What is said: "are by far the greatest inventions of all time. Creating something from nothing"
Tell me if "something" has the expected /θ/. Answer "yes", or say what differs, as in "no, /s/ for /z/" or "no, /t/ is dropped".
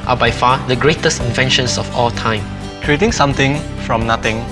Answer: no, /t/ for /θ/